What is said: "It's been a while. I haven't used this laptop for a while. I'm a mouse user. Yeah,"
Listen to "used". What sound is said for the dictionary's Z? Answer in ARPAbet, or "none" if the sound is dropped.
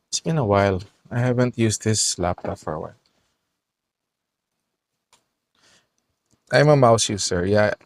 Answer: S